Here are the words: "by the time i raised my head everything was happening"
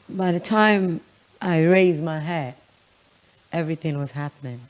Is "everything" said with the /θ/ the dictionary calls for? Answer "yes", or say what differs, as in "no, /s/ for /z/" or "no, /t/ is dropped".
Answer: yes